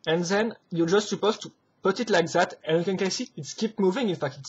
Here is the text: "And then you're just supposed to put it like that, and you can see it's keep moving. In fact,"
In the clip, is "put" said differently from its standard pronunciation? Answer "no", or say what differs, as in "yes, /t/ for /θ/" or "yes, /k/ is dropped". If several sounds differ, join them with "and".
no